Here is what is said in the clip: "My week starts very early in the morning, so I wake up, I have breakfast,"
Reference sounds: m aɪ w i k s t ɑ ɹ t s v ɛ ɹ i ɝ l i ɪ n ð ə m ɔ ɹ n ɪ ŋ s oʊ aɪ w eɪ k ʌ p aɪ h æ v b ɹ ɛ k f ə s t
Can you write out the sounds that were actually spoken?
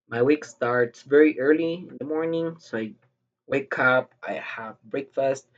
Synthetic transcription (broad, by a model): m aɪ w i k s t ɑ ɹ t s v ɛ ɹ i ɝ l i ɪ n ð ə m ɔ ɹ n ɪ ŋ s oʊ aɪ w eɪ k ʌ p aɪ h æ v b ɹ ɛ k f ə s t